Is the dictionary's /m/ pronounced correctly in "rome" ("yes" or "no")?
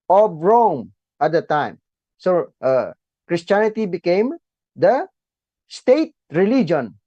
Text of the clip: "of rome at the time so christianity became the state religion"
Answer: yes